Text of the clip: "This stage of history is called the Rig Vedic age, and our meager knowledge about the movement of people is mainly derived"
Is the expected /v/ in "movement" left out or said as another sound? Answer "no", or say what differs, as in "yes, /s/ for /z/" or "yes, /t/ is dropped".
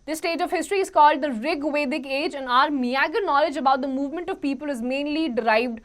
no